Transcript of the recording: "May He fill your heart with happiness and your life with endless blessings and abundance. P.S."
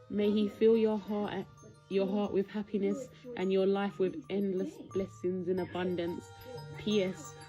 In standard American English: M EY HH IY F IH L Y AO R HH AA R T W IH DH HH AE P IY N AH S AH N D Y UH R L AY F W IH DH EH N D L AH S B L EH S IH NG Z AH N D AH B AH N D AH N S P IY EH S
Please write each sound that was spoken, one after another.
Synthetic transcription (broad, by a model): M EY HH IY F IH L Y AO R HH AA R T W IH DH HH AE P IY N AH S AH N Y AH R L AY F W IH DH EH N D L AH S B L EH S IH NG Z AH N AH B AH N D AH N S P IY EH S